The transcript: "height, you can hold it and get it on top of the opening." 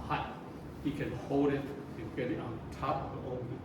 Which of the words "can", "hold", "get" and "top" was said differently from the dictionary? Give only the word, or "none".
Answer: none